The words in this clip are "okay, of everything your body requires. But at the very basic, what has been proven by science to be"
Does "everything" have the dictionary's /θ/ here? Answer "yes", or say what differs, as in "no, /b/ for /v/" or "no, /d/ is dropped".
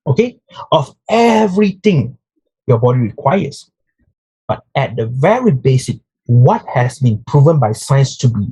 no, /t/ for /θ/